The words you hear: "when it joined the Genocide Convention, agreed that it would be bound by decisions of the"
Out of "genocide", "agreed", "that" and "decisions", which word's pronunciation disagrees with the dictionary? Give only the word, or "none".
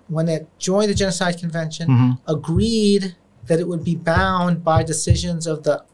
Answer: none